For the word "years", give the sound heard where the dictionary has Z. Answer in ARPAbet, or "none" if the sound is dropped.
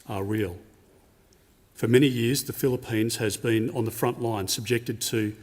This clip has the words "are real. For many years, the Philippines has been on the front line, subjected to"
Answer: Z